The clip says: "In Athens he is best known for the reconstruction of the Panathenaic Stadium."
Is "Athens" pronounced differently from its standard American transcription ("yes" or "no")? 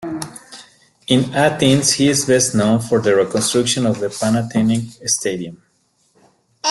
yes